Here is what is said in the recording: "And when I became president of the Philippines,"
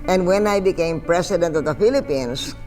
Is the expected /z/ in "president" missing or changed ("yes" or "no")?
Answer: yes